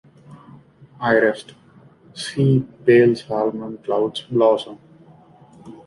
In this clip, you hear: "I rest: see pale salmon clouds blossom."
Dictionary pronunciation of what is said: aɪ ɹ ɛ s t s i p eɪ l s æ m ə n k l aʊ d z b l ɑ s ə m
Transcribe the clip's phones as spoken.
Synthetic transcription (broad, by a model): aɪ ɹ ɛ s t s i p eɪ l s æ m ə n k l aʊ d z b l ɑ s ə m